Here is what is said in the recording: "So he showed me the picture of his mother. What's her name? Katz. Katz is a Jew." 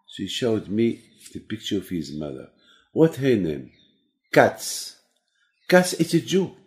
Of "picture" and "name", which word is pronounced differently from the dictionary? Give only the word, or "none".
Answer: none